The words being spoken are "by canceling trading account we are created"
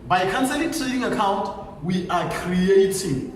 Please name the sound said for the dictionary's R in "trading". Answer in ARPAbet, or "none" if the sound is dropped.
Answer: none